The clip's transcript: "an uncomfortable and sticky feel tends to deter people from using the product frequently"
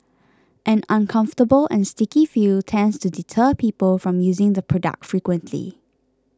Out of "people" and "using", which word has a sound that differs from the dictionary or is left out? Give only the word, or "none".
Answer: none